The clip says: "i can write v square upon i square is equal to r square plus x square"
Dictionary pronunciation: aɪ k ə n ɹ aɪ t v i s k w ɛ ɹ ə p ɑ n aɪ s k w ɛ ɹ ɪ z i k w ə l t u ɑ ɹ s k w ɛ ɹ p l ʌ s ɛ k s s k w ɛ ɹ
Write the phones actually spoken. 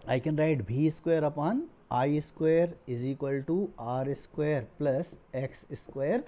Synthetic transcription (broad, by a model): aɪ k ə n ɹ aɪ t b i s k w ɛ ɹ ə p ɑ n aɪ s k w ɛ ɹ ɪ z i k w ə l t u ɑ ɹ s k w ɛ ɹ p l ʌ s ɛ k s s k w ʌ ɹ